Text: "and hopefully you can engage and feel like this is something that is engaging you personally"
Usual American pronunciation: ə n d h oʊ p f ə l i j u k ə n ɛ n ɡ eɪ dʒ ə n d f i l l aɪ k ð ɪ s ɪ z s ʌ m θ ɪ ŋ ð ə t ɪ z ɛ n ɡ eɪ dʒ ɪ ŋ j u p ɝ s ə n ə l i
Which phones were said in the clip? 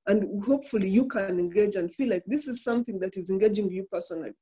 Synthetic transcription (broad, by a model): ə n d h oʊ p f ə l i j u k ə n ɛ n ɡ eɪ dʒ ə n d f i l l aɪ k ð ɪ s ɪ z s ʌ m θ ɪ ŋ ð ə t ɪ z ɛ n ɡ eɪ dʒ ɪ ŋ j u p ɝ s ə n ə l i